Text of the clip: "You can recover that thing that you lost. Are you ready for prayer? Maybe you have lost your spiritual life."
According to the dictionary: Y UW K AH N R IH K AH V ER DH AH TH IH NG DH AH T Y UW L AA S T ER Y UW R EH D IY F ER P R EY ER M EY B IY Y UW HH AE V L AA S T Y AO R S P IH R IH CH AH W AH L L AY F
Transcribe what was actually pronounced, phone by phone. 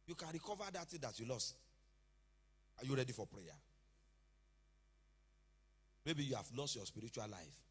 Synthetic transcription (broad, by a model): Y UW K AH N R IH K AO V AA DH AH T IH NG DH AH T Y UW L AA S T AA Y UW R EH D IY F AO P R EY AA M EY B IY Y UW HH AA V L AA S T Y AO S P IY R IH CH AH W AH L L AY F